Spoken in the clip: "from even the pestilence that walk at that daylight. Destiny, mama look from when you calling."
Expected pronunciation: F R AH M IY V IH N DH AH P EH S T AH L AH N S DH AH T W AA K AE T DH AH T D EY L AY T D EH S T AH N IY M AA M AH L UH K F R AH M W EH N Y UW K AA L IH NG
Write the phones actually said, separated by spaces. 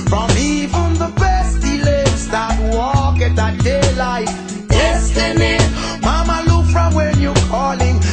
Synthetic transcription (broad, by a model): F R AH M IY V IH N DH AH B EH S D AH L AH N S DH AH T W AA K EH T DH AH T D EY L AY T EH S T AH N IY M AA M AH L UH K F R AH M W EH N Y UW K AA L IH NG